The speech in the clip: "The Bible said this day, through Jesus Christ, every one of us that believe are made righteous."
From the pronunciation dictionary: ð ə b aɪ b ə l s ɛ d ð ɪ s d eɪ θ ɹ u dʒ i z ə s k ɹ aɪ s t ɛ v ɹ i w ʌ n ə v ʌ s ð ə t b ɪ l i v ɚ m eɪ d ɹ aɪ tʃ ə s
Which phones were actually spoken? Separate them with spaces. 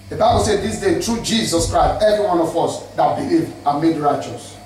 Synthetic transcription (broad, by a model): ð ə b aɪ b ə l s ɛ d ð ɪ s d eɪ t ɹ u dʒ i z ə s k ɹ aɪ s t ɛ v ɹ i w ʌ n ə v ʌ s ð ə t b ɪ l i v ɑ m eɪ d ɹ aɪ tʃ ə s